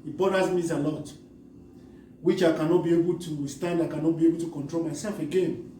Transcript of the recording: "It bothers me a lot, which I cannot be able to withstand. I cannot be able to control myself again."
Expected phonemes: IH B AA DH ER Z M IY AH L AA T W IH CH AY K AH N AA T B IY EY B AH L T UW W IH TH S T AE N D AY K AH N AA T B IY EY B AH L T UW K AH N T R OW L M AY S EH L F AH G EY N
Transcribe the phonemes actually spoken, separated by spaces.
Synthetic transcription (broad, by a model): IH B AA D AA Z M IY AH L AA T W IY CH AY K AH N AA T B IY EY B AH L T UW S T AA N D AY K AH N AA T B IY EY B AH L T UW K AH N T R OW L M AY S EH L F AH G EY N